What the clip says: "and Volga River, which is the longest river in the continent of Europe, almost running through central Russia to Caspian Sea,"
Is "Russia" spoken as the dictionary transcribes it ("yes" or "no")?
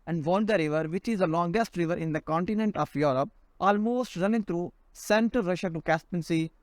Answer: yes